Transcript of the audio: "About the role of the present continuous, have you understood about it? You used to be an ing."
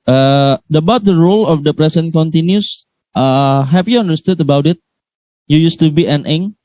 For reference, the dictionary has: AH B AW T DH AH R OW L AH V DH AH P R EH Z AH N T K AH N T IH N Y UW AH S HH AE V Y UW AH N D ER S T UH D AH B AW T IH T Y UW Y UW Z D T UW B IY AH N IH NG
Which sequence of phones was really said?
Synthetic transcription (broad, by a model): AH B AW T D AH R OW L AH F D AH P R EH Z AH N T K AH N T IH N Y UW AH HH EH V Y UW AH N D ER S T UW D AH B AW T IH T Y UW Y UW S T UW B IY AH N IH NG